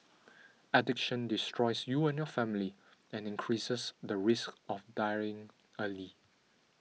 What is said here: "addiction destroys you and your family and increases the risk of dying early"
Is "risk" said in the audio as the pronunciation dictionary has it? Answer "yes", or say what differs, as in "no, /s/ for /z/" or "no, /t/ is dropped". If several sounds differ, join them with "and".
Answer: yes